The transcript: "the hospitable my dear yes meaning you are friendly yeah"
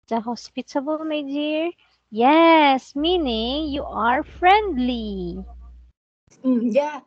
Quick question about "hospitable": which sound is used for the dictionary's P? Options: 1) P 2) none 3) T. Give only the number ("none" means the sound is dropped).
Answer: 1